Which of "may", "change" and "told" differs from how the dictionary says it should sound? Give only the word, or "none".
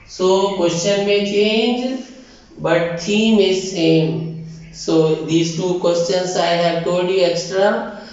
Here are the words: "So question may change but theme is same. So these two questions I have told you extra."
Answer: told